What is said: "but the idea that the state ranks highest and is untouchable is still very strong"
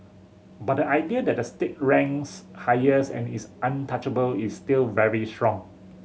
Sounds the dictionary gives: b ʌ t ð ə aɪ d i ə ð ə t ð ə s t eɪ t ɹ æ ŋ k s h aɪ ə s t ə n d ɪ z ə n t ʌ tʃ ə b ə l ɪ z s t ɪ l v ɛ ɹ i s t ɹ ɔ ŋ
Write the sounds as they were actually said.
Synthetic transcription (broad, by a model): b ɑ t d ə aɪ d i ə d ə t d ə s t eɪ t ɹ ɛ ŋ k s h aɪ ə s ə n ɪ s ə n t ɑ tʃ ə b ə l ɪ s t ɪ l v ɛ ɹ i s t ɹ ɔ ŋ